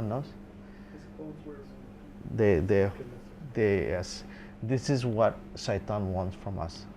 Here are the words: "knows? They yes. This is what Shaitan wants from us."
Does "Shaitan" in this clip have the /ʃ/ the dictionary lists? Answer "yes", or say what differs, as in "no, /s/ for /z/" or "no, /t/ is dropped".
no, /s/ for /ʃ/